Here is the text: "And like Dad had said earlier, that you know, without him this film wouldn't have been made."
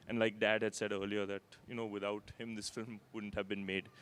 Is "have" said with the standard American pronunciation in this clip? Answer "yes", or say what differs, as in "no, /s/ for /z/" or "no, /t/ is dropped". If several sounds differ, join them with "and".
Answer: yes